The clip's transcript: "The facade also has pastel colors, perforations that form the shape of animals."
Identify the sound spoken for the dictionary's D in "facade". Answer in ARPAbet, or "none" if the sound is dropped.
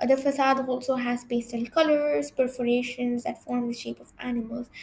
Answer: D